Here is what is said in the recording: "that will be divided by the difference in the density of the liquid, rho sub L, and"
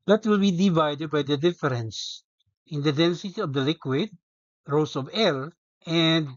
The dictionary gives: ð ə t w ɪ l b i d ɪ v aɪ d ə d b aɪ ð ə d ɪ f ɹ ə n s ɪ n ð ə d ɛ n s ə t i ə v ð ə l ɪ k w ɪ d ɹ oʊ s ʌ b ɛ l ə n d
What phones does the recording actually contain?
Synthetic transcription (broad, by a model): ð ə t w ɪ l b i d ɪ v aɪ d ə d b aɪ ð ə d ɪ f ɹ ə n s ɪ n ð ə d ɛ n s ə t i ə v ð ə l ɪ k w ɪ d ɹ oʊ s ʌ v ɛ l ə n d